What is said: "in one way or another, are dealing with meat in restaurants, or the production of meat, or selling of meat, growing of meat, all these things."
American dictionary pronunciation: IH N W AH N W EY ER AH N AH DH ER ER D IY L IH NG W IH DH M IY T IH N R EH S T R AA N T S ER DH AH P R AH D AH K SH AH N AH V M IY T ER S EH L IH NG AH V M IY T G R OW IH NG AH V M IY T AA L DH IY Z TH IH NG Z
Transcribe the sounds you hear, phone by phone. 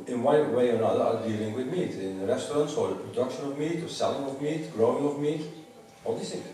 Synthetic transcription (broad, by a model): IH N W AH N W EY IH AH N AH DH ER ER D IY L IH NG W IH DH M IY T IH N R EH S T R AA N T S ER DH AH P R AH D AH K SH AH N AH V M IY T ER S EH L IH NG AH V M IY T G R OW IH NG AH V M IY T AA L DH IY S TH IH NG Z